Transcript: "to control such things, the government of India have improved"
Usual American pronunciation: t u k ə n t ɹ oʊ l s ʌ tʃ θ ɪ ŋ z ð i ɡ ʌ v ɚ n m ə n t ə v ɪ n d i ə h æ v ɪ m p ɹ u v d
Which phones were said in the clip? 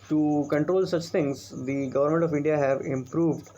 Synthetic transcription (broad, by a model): t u k ə n t ɹ oʊ l s ʌ tʃ t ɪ ŋ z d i ɡ ʌ v ɚ n m ə n t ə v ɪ n d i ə h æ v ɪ m p ɹ u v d